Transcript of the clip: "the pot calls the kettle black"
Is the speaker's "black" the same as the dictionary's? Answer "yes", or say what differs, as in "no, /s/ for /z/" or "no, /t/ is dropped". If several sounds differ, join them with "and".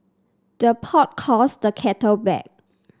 no, /l/ is dropped